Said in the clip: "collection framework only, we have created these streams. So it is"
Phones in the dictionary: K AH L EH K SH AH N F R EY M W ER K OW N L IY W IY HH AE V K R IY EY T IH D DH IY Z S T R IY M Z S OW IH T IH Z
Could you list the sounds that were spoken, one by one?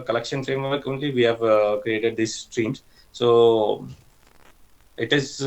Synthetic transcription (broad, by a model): K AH L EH K SH AH N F R EY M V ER K OW N L IY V IY HH AE V K R IY EY T IH D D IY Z S T R IY M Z S OW IH T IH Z